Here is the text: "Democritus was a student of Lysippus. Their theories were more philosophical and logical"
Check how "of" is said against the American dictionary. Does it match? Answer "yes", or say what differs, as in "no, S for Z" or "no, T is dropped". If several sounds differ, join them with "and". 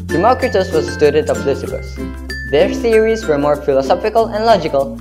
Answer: no, P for V